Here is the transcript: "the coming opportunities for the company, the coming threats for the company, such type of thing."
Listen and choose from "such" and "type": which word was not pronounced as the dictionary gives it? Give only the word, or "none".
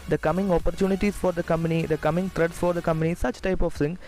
none